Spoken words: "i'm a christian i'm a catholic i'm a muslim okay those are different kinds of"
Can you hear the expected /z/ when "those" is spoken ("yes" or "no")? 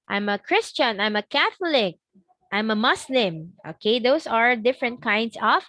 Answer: no